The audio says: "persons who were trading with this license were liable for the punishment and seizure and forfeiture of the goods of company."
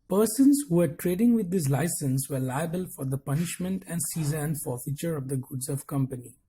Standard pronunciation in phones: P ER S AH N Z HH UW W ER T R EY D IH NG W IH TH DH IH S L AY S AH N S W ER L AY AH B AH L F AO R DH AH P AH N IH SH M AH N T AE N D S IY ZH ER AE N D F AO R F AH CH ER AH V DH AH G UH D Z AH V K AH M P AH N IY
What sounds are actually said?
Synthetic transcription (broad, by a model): P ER S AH N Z HH UW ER T R EY D IH NG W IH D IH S L AY S AH N S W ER L AY AH B AH L F AO R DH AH P AH N IH SH M AH N T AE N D S IY Z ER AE N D F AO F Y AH CH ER AH V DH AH G UH D Z AH V K AH M P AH N IY